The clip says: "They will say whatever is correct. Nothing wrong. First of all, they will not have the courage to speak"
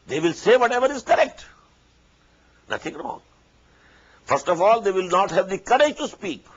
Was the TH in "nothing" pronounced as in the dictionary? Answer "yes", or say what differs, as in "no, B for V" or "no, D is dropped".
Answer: no, T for TH